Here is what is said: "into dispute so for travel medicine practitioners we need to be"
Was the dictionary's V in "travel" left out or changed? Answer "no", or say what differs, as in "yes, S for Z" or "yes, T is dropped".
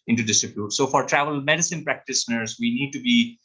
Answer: no